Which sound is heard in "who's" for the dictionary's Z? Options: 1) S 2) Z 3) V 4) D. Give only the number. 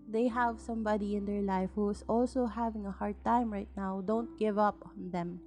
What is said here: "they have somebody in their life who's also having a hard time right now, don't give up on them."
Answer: 1